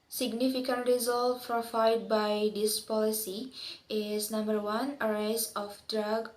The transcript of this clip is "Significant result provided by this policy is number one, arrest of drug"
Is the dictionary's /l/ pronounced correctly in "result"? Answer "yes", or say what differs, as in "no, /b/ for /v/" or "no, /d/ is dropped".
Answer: yes